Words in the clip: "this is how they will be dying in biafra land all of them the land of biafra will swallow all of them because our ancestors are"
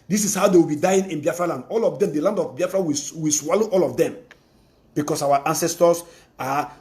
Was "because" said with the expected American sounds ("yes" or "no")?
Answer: no